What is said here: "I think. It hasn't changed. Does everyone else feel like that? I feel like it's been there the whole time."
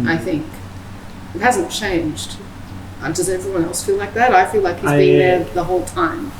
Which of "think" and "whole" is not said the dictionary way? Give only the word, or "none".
none